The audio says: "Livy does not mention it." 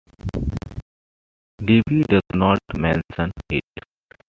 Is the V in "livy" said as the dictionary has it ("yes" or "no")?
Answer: no